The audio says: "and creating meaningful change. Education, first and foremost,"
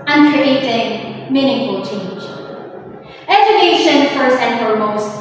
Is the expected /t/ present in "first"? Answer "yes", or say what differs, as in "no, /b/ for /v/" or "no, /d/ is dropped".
no, /t/ is dropped